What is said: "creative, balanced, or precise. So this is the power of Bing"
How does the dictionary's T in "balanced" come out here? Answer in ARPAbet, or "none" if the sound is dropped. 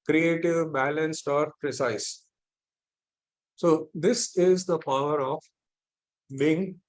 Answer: T